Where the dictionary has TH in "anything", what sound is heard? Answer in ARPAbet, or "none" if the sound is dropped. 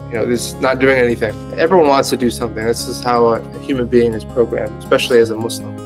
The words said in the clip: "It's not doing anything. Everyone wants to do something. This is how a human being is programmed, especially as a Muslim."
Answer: TH